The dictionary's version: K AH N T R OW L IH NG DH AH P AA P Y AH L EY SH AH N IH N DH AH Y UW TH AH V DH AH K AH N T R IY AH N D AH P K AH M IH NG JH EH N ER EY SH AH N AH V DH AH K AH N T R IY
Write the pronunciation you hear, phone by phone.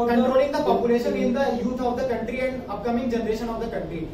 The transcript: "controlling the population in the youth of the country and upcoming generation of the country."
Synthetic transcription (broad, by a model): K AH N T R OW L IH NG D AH P AA P Y AH L EY SH AH N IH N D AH Y UW T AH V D AH K AH N T R IY AH N D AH P K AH M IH NG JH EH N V EY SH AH N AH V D AH K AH N T R IY